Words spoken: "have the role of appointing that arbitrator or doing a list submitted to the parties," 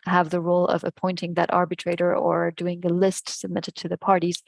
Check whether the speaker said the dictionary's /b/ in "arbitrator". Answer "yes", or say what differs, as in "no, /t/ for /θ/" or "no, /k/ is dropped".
yes